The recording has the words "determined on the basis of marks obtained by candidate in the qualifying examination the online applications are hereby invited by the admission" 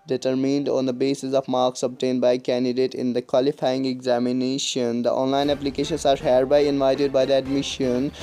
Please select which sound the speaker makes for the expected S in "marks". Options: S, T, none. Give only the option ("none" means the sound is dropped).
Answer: S